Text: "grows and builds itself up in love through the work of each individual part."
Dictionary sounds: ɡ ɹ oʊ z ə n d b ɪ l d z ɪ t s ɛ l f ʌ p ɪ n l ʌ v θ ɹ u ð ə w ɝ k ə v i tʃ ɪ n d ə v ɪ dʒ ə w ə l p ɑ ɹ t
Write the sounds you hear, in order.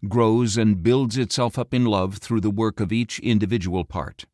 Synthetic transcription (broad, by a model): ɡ ɹ oʊ z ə n b ɪ l d z ɪ t s ɛ l f ʌ p ɪ n l ʌ v θ ɹ u ð ə w ɝ k ə v i tʃ ɪ n d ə v ɪ dʒ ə w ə l p ɑ ɹ t